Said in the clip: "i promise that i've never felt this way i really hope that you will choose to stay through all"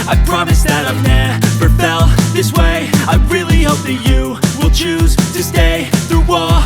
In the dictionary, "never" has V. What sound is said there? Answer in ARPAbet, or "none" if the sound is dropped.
P